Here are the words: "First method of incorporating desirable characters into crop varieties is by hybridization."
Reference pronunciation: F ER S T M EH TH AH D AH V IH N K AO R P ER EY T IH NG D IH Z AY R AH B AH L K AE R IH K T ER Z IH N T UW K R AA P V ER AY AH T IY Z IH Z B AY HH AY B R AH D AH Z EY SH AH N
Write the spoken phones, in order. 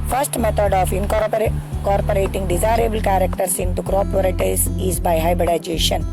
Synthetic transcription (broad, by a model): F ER S T M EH T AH D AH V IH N K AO R P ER EY T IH NG D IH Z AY R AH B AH L K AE R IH K T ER S IH N T UW K R AA P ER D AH T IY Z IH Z B AY HH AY B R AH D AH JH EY SH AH N